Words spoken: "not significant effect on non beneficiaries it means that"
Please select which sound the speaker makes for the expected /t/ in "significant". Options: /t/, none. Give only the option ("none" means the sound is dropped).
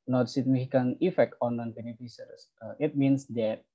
none